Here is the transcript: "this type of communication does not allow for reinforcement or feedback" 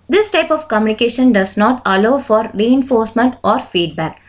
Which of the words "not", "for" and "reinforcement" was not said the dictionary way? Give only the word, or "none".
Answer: none